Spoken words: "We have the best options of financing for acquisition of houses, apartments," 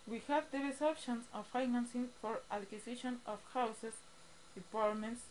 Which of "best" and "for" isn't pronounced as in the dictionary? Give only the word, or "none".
best